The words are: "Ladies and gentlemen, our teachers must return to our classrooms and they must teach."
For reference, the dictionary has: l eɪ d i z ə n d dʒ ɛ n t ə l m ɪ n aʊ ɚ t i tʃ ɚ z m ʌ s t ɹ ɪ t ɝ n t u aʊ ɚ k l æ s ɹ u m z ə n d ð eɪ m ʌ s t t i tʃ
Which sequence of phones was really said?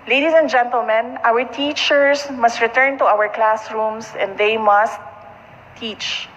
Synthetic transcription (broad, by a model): l eɪ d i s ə n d dʒ ɛ n t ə l m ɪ n aʊ ɚ t i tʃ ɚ s m ʌ s t ɹ ɪ t ɝ n t u aʊ ɚ k l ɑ s ɹ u m s ə n d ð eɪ m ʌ s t t i tʃ